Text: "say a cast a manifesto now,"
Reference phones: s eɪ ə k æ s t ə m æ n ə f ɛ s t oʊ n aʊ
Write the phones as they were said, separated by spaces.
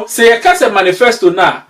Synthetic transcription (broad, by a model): s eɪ ə k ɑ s ə m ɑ n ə f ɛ s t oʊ n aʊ